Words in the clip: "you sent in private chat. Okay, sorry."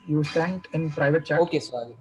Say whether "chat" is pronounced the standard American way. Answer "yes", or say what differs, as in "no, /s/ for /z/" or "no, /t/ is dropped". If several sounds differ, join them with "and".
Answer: no, /t/ is dropped